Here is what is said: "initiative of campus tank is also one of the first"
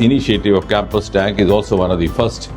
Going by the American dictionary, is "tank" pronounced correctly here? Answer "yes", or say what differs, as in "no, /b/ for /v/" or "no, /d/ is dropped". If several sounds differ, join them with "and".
yes